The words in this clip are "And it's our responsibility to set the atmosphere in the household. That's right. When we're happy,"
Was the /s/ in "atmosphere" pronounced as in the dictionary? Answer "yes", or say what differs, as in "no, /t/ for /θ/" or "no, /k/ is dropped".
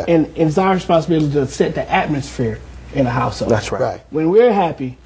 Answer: yes